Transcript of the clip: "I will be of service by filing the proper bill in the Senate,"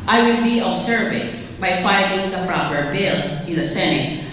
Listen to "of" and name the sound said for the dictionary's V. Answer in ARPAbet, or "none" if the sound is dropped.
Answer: B